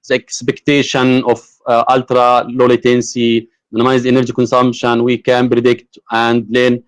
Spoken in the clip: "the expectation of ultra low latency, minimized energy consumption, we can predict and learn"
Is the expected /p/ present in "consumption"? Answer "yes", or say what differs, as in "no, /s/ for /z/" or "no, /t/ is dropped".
no, /b/ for /p/